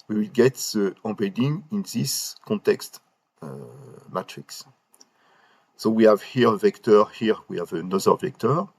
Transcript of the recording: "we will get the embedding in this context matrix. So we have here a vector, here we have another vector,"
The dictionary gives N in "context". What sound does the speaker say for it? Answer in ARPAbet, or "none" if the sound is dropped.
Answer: N